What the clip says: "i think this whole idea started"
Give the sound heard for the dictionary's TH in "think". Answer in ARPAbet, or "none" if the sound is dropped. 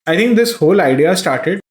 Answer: T